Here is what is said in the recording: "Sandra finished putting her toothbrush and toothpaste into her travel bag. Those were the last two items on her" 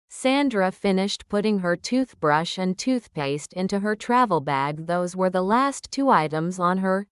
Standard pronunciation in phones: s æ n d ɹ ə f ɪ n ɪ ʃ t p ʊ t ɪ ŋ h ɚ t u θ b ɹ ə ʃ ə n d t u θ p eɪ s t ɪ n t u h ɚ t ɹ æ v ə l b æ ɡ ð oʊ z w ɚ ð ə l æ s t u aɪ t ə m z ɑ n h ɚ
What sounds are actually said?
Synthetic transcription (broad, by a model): s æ n d ɹ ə f ɪ n ɪ ʃ t p ʊ t ɪ ŋ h ɚ t u θ b ɹ ə ʃ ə n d t u θ p eɪ s t ɪ n t u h ɚ t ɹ æ v l b æ ɡ ð oʊ z w ɚ ð ə l æ s t u aɪ t ə m z n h ɚ